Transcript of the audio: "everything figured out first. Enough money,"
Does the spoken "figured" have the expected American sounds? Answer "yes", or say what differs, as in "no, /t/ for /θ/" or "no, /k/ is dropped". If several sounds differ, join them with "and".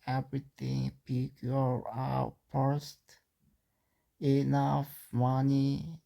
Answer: no, /p/ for /f/ and /d/ is dropped